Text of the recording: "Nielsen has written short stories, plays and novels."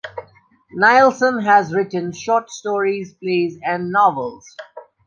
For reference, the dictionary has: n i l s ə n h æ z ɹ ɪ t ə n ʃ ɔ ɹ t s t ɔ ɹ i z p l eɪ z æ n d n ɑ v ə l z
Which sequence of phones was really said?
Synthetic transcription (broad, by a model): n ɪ l s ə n h æ z ɹ ɪ t ə n ʃ ɔ t s t ɔ ɹ i z p l eɪ z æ n d n ɑ v ə l z